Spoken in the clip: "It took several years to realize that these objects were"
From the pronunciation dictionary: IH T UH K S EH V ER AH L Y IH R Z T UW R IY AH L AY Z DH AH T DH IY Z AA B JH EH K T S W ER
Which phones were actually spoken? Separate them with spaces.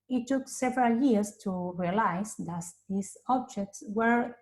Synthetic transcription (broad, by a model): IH T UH K S EH V ER AH L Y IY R S T UW R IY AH L AY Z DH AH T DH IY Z AA B JH EH K T S W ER